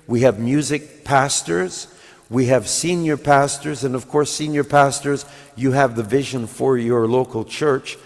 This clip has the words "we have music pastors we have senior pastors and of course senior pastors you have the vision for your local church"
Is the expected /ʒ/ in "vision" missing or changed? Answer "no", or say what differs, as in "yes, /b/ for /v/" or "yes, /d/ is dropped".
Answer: no